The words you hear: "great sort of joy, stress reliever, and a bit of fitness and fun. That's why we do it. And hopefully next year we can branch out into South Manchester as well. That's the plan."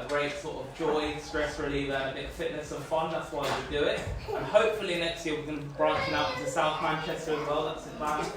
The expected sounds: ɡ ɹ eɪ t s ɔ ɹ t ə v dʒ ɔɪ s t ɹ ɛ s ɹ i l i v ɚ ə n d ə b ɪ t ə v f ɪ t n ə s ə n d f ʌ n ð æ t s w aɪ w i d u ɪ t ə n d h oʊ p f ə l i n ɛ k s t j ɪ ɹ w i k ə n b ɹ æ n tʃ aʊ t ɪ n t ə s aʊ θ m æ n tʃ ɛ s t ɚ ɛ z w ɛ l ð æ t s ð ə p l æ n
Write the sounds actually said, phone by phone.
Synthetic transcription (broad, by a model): ɡ ɹ eɪ t s ɔ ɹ t ə v dʒ ɔɪ s t ɹ ɛ s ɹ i l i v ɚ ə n ə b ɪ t f ɪ t n ə s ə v f ʌ n ð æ t s w aɪ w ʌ d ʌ ɪ t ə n h oʊ p f ə l i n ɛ k s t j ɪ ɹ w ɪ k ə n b ɹ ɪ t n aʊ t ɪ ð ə s aʊ θ m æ n tʃ ɛ s t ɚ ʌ z w ɛ l ð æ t s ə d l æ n